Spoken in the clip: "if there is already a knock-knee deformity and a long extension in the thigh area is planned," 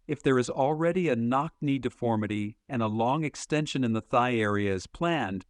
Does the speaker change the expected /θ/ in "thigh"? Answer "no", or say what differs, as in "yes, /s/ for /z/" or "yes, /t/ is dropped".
no